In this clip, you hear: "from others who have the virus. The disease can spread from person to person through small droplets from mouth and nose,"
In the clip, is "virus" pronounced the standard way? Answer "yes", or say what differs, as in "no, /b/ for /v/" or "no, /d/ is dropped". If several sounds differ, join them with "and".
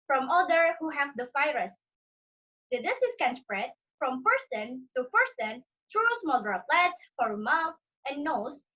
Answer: no, /f/ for /v/